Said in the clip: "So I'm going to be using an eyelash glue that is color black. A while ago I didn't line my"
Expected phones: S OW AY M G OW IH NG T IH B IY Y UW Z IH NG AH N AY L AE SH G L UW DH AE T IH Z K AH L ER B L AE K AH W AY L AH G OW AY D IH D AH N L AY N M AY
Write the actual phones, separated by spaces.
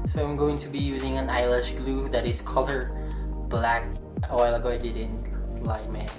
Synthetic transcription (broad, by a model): S OW AY M G OW IH NG T IH B IY Y UW Z IH NG AH N AY L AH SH G L UW DH AE T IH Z K AH L ER B L AE K AH W AY L AH G OW AY D IH D AH N L AY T M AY